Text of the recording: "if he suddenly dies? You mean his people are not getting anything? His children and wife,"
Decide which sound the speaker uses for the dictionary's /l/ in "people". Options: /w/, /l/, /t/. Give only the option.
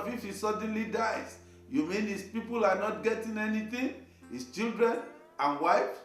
/l/